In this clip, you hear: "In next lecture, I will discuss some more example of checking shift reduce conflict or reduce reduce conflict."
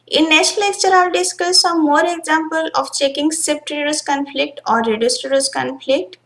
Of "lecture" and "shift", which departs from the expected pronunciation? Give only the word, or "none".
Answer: shift